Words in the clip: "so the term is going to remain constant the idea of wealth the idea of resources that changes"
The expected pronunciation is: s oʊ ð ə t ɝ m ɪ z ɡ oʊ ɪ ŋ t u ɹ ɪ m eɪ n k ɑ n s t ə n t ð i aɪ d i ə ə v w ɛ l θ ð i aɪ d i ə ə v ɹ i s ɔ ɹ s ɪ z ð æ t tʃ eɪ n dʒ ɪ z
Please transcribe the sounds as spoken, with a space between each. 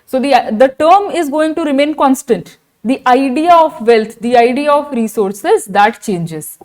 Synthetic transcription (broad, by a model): s oʊ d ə t ɝ m ɪ z ɡ oʊ ɪ ŋ t u ɹ ɪ m eɪ n k ɑ n s t ə n t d i aɪ d i ə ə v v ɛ l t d i aɪ d i ə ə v ɹ i s ɔ ɹ s ɪ z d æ t tʃ eɪ n dʒ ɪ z